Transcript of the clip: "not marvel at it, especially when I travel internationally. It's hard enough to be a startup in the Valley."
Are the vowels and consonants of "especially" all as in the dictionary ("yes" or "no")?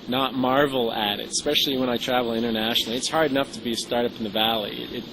yes